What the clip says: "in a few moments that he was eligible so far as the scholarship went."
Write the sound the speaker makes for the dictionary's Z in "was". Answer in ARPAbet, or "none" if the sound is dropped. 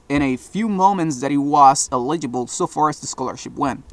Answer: S